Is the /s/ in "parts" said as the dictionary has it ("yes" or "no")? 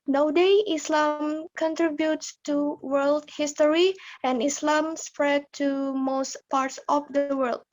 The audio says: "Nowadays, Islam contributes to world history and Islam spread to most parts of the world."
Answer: yes